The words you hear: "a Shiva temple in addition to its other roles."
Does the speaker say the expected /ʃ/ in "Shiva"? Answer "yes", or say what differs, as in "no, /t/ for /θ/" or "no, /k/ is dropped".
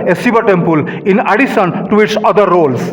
no, /s/ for /ʃ/